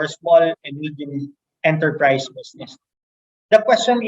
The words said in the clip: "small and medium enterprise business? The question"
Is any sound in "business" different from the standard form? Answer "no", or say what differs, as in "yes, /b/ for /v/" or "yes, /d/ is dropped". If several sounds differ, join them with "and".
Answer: yes, /s/ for /z/